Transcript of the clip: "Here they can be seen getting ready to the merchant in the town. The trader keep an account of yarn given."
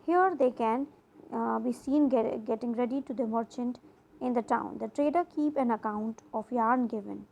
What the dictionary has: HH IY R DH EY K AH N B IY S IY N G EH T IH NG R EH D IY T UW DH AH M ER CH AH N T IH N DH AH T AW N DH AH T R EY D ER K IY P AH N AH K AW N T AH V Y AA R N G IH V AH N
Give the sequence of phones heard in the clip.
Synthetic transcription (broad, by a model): HH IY R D EY K AH N B IY S IY N G EH T IH NG R EH D IY T UW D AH M ER CH AH N T IH N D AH T AW N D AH T R EY D ER K IY P AH N AH K AW N T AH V Y AA R N G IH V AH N